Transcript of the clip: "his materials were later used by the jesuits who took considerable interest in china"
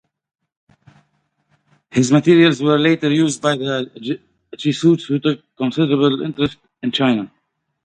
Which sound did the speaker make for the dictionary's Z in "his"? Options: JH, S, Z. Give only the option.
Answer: Z